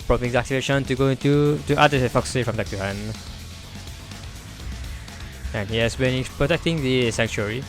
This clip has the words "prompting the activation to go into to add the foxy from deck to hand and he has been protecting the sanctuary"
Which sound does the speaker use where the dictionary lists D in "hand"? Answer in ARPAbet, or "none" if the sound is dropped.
none